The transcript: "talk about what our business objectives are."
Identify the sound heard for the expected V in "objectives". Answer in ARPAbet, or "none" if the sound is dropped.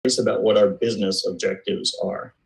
V